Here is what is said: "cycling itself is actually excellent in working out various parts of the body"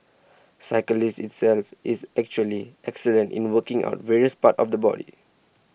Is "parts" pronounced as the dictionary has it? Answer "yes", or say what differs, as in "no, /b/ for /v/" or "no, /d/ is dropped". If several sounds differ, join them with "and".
no, /s/ is dropped